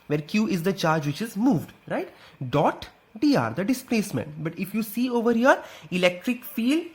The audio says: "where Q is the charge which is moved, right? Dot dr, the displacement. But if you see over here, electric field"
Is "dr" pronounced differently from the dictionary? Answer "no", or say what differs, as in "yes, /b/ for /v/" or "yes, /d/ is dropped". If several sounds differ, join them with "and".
yes, /k/ is dropped